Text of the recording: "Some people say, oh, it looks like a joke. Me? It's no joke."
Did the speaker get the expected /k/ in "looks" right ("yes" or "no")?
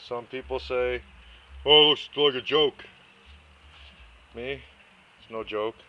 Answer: no